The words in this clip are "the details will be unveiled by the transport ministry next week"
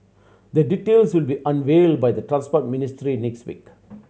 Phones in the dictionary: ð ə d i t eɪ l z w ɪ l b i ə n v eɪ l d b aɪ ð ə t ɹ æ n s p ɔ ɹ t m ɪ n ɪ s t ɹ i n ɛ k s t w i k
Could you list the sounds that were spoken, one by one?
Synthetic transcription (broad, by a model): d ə d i t eɪ l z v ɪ l b i ə n v eɪ l d b aɪ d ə t ɹ æ n s p ɔ ɹ t m ɪ n ɪ s t ɹ i n ɛ k s t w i k